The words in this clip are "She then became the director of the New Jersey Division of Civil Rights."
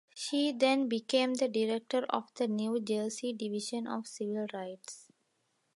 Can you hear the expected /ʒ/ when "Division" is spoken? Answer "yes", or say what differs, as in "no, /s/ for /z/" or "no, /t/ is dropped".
no, /ʃ/ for /ʒ/